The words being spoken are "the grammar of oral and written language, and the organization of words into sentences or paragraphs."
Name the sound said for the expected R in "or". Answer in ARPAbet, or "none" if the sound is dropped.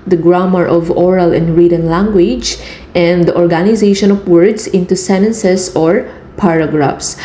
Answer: R